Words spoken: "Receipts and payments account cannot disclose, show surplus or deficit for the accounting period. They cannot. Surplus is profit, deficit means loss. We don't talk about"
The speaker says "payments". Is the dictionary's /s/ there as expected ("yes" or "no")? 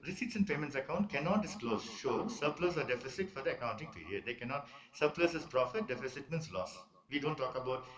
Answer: yes